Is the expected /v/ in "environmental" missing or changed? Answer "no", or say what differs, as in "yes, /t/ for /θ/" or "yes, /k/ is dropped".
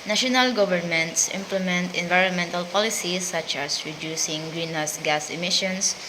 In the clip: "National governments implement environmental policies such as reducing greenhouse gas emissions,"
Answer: no